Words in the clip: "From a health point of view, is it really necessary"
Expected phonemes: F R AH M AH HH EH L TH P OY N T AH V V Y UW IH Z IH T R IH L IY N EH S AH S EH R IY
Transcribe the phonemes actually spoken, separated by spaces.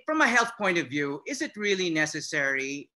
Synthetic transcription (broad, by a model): F R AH M AH HH EH L TH P OY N T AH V V Y UW IH Z IH T R IH L IY N EH S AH S EH R IY